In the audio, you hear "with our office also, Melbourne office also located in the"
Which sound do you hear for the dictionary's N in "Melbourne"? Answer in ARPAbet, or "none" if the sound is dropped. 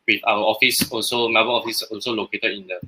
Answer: L